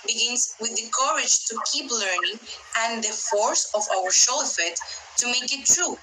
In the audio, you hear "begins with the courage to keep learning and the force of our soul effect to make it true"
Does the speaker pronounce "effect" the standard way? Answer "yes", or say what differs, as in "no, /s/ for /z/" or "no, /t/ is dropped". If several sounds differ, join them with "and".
no, /k/ is dropped